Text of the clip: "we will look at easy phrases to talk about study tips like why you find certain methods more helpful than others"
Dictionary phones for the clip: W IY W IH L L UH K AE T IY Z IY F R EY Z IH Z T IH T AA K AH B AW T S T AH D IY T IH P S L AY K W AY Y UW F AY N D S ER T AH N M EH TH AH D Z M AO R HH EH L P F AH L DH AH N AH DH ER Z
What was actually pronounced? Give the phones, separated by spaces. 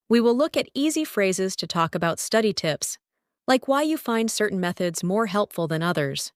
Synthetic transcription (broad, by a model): W IY W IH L L UH K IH T IY Z IY F R EY Z IH Z T IH T AA K AH B AW T S T AH D IY T IH P S L AY K W AY Y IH F AY N D S ER T N M EH TH AH D Z M AO R HH EH L P F L DH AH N AH DH ER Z